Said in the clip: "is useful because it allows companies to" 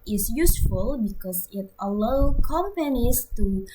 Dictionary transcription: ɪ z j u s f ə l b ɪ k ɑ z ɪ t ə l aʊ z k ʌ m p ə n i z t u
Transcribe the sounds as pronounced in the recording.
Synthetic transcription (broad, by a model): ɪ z j u s f ə l b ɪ k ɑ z ɪ t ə l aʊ k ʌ m p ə n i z t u